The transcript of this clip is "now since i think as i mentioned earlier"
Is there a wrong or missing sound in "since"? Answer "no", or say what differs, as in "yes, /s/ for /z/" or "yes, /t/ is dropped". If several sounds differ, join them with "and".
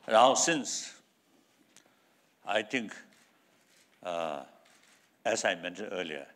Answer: no